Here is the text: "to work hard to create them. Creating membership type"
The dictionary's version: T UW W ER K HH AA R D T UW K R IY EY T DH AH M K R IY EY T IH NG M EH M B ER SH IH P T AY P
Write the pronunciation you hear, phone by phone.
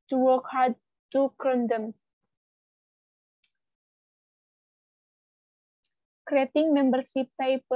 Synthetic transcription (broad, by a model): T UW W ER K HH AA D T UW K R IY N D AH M K R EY T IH NG M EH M B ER S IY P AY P